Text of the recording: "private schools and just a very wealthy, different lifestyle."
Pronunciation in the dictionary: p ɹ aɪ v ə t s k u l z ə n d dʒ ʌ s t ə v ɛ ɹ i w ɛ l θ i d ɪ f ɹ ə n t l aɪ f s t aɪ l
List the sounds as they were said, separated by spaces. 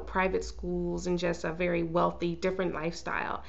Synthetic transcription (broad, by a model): p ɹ aɪ v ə t s k u l z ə n dʒ ʌ s t ə v ɛ ɹ i w ɛ l θ i d ɪ f ɹ ə n t l aɪ f s t aɪ l